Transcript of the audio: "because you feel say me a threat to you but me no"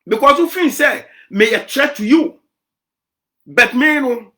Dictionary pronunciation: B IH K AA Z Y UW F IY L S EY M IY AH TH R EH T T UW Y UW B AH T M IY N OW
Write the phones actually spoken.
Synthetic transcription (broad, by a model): B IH K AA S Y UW F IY N S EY M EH AH T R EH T T UW Y UW B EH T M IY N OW